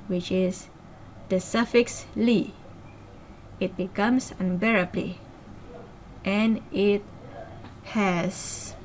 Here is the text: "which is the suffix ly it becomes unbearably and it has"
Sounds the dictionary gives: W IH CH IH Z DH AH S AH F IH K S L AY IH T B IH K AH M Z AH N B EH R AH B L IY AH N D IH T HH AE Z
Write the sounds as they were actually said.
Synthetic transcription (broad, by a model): W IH CH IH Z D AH S AH F IH K S L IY IH T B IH K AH M S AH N B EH R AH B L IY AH N IH T HH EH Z